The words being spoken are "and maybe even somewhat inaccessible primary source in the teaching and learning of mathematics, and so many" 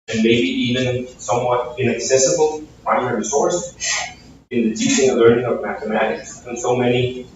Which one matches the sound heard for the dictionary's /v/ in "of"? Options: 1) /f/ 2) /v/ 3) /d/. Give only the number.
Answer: 2